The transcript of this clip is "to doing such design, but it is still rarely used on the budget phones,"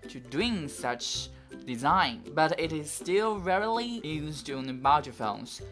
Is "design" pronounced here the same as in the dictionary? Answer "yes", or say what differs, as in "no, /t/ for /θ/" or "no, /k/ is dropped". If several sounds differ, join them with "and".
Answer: yes